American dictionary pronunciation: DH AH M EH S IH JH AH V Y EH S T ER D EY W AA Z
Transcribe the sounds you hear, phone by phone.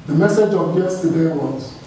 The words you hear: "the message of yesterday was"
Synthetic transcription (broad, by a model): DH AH M EH S IH JH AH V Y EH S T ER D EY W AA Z